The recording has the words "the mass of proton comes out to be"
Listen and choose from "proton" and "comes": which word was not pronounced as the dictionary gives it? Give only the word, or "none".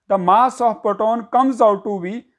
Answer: proton